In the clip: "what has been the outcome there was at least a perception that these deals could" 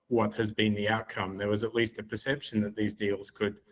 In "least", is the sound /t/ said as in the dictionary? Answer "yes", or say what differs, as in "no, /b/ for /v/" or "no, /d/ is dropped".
yes